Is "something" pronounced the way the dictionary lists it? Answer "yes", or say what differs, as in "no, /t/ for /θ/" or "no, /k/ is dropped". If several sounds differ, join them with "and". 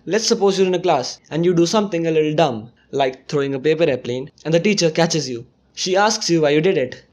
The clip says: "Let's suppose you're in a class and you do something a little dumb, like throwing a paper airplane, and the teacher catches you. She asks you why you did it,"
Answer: no, /t/ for /θ/